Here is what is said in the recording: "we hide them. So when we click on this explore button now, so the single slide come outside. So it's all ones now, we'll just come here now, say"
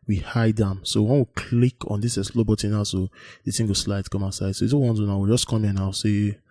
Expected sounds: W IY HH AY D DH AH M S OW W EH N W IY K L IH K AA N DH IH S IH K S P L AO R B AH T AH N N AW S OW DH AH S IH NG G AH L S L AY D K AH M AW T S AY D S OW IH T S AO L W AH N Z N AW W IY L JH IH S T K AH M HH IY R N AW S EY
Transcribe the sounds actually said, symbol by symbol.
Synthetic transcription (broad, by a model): W IY HH AY D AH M S OW W EH N W IY K L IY K AA N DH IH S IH S L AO B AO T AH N N AW S OW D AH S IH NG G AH S L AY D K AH M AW S AY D S OW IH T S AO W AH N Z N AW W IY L JH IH S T K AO M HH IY N AW S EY